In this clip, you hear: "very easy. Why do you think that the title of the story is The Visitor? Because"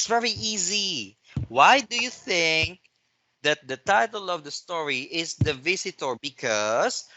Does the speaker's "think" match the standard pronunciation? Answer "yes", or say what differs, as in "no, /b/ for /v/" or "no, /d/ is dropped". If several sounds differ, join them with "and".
yes